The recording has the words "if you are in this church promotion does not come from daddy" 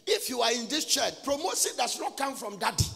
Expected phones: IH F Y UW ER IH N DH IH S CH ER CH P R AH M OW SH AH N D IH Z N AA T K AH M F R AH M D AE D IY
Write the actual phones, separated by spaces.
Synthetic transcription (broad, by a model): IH F Y UW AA IH N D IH S CH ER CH P R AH M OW S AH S D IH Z N AA T K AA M F R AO M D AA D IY